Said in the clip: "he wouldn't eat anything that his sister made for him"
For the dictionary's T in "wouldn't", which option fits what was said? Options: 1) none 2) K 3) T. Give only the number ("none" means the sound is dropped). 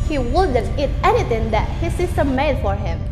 1